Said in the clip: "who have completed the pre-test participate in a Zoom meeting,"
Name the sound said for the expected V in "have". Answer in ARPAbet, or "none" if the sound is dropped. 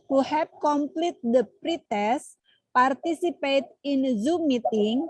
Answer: P